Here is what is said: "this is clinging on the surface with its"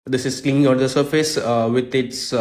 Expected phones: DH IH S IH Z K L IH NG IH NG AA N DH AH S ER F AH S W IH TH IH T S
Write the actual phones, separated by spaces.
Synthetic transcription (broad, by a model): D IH S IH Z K L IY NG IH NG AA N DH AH S ER F AH S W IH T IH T S